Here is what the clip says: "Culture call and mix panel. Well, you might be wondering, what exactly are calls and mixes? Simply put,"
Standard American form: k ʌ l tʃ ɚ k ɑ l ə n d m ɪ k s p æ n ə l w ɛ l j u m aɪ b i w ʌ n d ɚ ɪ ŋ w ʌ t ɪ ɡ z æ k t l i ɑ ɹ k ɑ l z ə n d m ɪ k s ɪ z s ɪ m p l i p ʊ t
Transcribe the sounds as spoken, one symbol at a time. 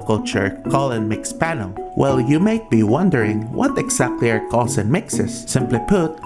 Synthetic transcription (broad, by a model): k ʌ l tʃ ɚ k ɑ l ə n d m ɪ k s p æ n ə l w ɛ l j u m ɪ b i w ʌ n d ɚ ɪ ŋ w ʌ t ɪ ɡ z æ k t l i ɑ ɹ k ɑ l s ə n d m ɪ k s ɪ s ɪ m p l i p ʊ t